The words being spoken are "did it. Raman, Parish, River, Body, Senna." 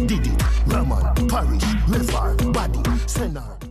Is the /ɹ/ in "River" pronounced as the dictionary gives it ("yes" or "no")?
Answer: no